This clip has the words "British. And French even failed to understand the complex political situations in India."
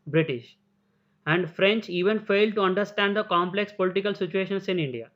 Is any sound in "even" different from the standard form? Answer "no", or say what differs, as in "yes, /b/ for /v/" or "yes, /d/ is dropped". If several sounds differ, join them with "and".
no